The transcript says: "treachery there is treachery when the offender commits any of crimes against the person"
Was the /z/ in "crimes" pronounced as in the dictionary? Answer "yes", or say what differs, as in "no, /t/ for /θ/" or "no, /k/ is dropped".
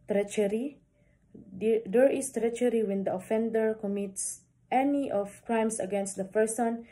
no, /s/ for /z/